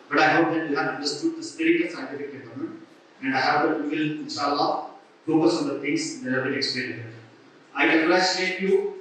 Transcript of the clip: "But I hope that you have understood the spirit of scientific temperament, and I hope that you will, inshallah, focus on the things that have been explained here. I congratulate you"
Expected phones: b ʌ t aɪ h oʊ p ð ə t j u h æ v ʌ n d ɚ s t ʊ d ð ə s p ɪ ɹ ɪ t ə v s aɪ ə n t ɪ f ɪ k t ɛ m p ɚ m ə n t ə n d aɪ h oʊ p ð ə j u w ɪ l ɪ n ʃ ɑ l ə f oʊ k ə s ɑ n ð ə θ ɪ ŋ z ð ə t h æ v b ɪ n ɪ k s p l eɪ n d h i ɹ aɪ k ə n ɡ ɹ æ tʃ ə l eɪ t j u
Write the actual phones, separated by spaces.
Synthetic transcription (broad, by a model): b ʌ t aɪ h oʊ p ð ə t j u h æ v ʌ n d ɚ s t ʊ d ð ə s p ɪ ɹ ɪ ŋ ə s aɪ ə n t ɪ f ɪ k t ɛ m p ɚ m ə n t ə n d aɪ h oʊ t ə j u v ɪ l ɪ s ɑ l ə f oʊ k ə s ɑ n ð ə t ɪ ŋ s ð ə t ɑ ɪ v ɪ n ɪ k s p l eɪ d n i aɪ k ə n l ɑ ə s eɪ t j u